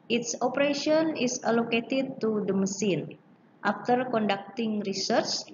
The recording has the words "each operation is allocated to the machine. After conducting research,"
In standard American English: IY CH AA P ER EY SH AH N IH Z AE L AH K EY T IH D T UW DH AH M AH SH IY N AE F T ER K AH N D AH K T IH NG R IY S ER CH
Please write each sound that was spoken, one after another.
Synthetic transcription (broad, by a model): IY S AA P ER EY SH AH N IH S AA L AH K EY T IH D T UW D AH M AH S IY N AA F T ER K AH N D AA K T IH NG R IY S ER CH